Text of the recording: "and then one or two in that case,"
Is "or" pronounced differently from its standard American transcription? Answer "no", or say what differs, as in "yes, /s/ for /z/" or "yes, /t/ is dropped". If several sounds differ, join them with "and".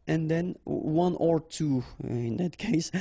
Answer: no